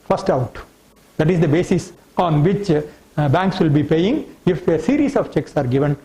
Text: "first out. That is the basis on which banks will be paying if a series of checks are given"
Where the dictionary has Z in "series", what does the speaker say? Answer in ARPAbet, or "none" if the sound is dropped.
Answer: S